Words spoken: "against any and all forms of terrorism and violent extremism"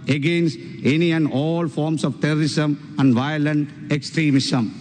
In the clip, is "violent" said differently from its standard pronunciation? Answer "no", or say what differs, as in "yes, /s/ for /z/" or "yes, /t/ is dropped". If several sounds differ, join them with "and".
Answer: no